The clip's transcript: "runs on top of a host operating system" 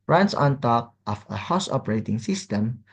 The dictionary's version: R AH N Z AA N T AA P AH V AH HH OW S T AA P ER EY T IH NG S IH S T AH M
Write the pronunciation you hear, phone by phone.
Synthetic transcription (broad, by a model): R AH N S AA N T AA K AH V AH HH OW S AA P ER EY T IH NG S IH S T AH M